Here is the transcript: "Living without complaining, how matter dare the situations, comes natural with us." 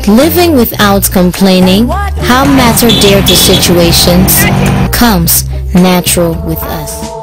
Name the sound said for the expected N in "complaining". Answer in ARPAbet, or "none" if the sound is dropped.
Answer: N